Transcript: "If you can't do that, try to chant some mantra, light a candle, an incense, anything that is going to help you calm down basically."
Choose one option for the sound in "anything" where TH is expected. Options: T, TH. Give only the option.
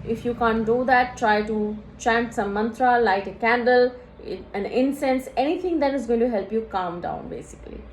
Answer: T